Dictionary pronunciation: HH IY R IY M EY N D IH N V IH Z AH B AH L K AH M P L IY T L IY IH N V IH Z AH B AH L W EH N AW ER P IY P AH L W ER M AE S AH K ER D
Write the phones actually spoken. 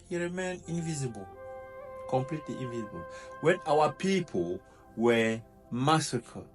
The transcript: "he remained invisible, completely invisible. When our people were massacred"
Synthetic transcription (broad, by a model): HH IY R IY M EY N IH N V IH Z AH B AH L K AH M P L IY T L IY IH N V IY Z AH B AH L W EH N AW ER P IY P AH L W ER M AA S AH K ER